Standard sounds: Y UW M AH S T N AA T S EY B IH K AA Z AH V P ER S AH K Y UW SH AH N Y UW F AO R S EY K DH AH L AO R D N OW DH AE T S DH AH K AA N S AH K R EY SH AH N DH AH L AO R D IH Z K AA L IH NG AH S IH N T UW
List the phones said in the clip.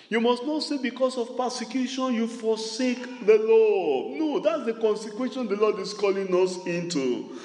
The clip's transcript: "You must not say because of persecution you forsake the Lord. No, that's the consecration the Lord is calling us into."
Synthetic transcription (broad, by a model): Y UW M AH S T N AA T S EY B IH K AA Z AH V P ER S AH K Y UW SH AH N Y UW F AO S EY K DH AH L AO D N OW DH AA T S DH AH K AA N S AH K W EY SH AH N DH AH L AO D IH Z K AA L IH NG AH S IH N T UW